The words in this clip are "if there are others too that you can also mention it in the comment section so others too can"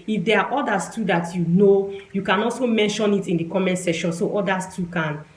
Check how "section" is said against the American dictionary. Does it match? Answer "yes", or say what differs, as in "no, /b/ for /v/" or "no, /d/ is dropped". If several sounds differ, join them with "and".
no, /k/ is dropped